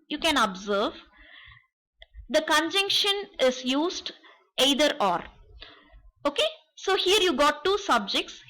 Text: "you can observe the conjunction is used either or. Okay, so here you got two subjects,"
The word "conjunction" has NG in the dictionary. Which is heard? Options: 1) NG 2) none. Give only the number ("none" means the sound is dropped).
1